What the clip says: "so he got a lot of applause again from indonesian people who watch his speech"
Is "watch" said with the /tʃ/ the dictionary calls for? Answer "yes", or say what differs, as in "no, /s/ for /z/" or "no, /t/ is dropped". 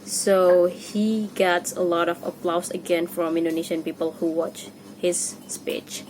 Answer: yes